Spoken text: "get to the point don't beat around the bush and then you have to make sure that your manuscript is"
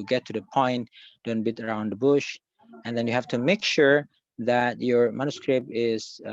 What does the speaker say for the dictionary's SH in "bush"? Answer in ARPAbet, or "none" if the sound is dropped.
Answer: SH